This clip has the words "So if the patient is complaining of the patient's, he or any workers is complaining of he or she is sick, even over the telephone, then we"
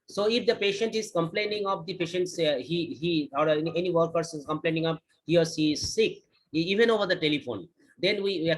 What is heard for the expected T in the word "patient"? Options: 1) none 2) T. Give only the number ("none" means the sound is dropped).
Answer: 2